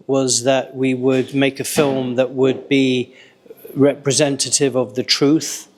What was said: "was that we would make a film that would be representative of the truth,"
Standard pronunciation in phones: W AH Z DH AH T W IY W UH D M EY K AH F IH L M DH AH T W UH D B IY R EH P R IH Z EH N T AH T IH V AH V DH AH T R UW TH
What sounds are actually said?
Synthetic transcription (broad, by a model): W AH Z DH AH T W IY W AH D M EY K AH F IH L M DH AH T W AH D B IY R EH P R IH Z EH N T AH T IH V AH V DH AH T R UW TH